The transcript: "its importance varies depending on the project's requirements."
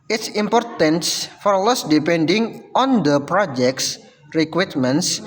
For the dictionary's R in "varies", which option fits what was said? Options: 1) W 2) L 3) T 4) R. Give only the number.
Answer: 2